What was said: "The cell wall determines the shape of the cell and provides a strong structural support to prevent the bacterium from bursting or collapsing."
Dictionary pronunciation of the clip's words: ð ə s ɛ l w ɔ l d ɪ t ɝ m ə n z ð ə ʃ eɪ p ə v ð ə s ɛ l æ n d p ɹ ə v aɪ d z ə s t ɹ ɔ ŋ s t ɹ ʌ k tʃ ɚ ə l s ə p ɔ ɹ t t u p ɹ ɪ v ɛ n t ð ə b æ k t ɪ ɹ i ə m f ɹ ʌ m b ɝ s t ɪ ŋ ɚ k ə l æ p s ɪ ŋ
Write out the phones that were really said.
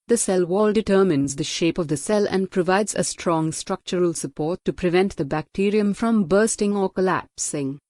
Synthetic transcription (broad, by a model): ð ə s ɛ l w ɔ l d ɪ t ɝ m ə n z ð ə ʃ eɪ p ə v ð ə s ɛ l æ n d p ɹ ə v aɪ d z ə s t ɹ ɔ ŋ s t ɹ ʌ k tʃ ɚ ə l s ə p ɔ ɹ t t u p ɹ ɪ v ɛ n t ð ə b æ k t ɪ ɹ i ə m f ɹ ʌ m b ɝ s t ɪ ŋ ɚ k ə l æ p s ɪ ŋ